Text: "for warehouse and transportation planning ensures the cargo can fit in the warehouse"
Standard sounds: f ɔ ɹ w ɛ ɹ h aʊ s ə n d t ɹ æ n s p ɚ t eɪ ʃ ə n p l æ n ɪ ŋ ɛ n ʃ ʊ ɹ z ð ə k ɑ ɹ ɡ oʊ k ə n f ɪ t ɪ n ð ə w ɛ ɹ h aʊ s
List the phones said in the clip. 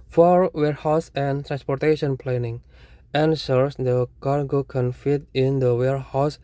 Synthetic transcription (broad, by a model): f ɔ ɹ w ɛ ɹ h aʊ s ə n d t ɹ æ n s p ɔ t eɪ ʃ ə n p l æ n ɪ ŋ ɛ n s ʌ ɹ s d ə k ɑ ɹ ɡ oʊ k ə n f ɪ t ɪ n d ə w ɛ ɹ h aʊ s